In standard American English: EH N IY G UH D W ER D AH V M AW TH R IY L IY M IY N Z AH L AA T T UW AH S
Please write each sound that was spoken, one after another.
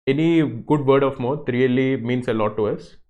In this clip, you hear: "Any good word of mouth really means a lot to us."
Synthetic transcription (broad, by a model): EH N IY G UH D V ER D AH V M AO T R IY L IY M IY N S AH L AA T T UW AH S